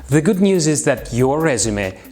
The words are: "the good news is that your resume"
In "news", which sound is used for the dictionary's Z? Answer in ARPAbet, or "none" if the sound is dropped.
Z